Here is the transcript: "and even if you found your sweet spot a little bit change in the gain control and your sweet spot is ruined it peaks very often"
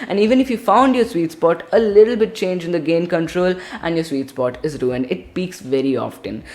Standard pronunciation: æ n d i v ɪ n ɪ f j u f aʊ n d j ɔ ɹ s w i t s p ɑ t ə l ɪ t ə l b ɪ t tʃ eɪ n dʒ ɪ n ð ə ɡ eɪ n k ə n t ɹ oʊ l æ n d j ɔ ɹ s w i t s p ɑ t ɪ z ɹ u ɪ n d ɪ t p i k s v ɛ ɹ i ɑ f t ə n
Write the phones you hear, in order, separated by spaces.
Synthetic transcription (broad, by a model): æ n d i v ɪ n ɪ f j u f aʊ n d j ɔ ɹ s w i t s p ɑ t ə l ɪ t ə l b ɪ t tʃ eɪ n dʒ ɪ n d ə ɡ eɪ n k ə n t ɹ oʊ l æ n d j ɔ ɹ s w i t s p ɑ t ɪ z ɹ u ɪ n ɪ t p i k s v ɛ ɹ i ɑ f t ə n